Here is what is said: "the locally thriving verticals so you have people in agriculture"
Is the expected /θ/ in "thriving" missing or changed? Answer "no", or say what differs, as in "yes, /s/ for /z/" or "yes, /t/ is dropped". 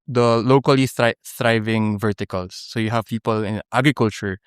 yes, /s/ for /θ/